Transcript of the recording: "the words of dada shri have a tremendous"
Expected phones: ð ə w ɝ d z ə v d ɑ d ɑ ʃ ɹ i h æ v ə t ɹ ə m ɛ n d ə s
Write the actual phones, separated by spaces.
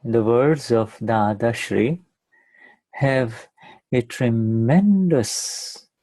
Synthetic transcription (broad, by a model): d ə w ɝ d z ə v d ɑ d ɑ ʃ ɹ i h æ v ə t ɹ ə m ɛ n d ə s